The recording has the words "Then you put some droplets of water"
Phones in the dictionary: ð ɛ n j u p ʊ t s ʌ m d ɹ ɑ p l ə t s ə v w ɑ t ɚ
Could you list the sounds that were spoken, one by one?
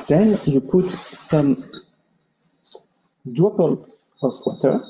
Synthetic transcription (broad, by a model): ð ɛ n j u p ʊ t s ʌ m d u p ə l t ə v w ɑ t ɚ